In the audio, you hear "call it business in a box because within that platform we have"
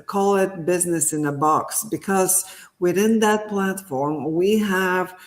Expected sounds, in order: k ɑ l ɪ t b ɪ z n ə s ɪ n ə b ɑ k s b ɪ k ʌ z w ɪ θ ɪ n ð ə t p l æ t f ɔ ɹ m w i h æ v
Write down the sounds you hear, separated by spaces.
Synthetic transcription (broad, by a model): k ɑ l ɪ t b ɪ z n ə s ɪ n ə b ɑ k s b ɪ k ʌ z w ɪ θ ɪ n ð ə t p l æ t f ɔ ɹ m w i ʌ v